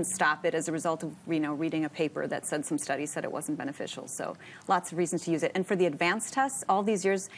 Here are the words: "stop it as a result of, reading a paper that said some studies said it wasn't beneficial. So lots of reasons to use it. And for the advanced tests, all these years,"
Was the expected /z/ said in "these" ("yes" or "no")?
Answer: yes